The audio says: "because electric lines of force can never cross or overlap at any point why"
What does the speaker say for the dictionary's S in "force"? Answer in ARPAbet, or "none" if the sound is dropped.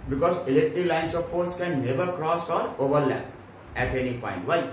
S